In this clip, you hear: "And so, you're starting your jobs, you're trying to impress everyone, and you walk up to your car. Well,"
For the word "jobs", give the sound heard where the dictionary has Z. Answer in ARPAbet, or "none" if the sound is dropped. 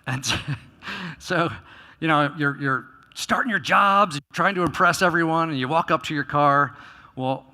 Z